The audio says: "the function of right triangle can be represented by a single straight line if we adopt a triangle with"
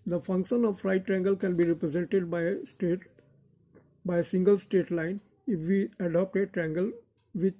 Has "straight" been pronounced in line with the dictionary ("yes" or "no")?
no